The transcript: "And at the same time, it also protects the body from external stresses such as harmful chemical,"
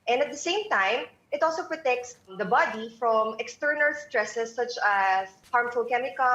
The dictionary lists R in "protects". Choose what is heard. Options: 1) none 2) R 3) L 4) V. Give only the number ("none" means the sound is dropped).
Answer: 2